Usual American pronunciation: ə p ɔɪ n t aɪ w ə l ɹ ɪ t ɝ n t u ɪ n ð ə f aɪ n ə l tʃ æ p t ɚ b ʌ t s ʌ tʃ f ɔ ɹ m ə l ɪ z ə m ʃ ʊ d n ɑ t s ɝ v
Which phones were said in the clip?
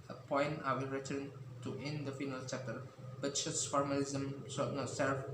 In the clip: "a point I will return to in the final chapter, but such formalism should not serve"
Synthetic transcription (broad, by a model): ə p ɔɪ n t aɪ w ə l ɹ ɪ t ɝ n t u ɪ n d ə f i n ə l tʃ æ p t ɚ b ʌ t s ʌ s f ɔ ɹ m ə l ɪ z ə m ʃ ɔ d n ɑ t s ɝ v